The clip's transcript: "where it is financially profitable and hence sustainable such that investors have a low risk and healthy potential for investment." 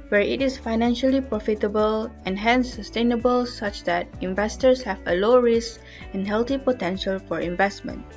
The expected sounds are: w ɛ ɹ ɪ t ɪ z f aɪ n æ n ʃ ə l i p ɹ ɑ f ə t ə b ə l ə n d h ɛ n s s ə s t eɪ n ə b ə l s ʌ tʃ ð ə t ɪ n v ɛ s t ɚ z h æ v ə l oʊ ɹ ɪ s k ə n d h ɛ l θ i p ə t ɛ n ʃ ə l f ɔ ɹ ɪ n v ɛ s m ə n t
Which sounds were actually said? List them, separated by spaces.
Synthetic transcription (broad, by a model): w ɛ ɹ ɪ t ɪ s f aɪ n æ n ʃ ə l i p ɹ ɑ f ə t ə b ə l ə n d h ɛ n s s ə s t eɪ n ə b ə l s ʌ tʃ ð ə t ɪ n v ɛ s t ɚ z h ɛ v ə l oʊ ɹ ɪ s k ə n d h ɛ l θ i p ə t ɛ n ʃ ə l f ɔ ɹ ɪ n v ɛ s m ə n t